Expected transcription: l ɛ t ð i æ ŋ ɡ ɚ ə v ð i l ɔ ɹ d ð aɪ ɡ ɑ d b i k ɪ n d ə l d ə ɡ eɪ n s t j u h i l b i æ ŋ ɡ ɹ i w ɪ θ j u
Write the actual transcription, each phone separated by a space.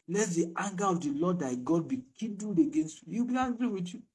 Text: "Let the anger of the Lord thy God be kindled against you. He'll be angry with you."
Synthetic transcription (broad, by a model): l ɛ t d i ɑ ŋ ɡ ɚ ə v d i l ɔ d aɪ ɡ ɑ d b i k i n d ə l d ə ɡ eɪ n s t j u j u b i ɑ ɡ ɹ i w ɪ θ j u